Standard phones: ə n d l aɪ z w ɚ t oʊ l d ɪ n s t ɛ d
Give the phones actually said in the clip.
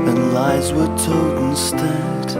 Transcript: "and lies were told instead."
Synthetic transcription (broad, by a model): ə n l aɪ z w ɚ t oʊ d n s t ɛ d